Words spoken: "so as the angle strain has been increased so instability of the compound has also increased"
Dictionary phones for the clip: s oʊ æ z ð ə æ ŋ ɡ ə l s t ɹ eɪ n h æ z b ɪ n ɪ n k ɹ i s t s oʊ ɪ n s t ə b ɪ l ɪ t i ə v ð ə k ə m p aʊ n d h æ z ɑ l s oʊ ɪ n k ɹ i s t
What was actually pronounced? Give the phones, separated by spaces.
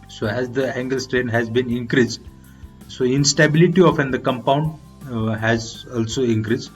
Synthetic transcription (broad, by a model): s oʊ æ z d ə æ ŋ ɡ ə l s t ɹ eɪ n h æ z b ɪ n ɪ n k ɹ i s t s oʊ ɪ n s t ə b ɪ l ɪ t i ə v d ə k ə m p aʊ n d h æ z ɑ l s oʊ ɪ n k ɹ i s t